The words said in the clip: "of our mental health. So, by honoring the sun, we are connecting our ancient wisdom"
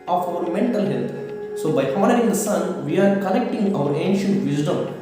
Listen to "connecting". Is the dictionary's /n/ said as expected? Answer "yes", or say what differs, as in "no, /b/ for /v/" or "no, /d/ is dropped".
no, /l/ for /n/